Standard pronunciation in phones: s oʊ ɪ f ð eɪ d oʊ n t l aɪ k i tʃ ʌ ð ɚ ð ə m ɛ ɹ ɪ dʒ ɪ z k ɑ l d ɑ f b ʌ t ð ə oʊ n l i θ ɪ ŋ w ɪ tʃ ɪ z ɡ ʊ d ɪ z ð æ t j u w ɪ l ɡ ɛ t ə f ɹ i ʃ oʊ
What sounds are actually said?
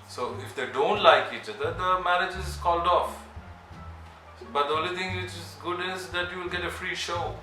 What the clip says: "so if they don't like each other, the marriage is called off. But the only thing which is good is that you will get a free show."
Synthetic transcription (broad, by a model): s oʊ ɪ f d eɪ d oʊ n t l aɪ k i tʃ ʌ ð ɚ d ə m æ ɹ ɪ dʒ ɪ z k ɑ l d ɑ f b ʌ t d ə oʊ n l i t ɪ ŋ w ɪ tʃ ɪ z ɡ ʊ d ɪ z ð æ t j u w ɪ l ɡ ɛ t ə f ɹ i ʃ oʊ